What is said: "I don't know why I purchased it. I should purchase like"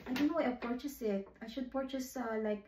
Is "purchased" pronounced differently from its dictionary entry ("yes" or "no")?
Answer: yes